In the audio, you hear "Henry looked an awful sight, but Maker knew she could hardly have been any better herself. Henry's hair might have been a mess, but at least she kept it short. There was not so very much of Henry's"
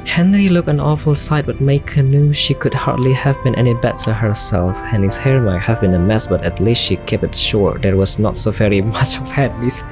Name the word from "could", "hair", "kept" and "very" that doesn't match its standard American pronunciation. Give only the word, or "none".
kept